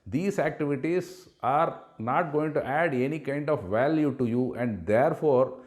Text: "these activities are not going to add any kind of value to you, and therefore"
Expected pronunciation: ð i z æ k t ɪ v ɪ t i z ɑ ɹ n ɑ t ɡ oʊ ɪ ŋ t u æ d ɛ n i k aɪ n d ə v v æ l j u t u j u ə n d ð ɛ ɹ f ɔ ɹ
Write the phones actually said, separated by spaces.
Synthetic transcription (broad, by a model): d i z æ k t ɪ v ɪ t i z ɑ ɹ n ɑ t ɡ oʊ ɪ ŋ t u æ d ɛ n i k aɪ n d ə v v æ l j u t u j u ə n d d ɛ ɹ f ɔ ɹ